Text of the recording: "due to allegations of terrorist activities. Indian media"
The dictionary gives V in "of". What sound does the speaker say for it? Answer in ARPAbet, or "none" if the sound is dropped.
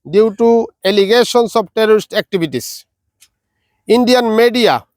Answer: B